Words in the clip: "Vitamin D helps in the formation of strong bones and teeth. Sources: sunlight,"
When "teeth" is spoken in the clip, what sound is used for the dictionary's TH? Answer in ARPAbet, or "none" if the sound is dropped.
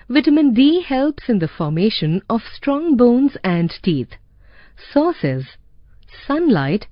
T